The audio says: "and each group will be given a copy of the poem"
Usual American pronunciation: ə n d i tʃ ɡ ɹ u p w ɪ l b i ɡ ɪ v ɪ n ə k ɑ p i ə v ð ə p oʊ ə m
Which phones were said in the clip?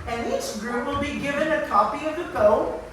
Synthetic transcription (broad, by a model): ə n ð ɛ s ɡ ɹ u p w ɪ l b i ɡ ɪ v ɪ n ə k ɑ p i ə v ð ə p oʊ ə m